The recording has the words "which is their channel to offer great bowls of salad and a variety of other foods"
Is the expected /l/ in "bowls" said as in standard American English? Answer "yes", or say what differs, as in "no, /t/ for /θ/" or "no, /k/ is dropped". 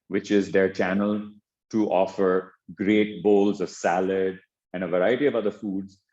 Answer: yes